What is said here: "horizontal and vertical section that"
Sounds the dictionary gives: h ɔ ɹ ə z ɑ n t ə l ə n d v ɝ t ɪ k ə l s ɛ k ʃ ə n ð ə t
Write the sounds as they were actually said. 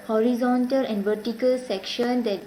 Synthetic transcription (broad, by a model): h ɔ ɹ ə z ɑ n t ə l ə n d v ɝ t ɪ k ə l s ɛ k ʃ ə n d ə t